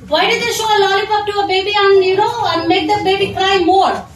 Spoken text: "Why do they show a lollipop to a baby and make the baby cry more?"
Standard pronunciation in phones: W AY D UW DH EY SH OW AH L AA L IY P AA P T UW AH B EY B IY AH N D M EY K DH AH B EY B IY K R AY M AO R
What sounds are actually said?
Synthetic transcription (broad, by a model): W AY D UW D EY SH OW AH L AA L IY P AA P T UW AH B EY B IY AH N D M EY K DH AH B EY B IY K R AY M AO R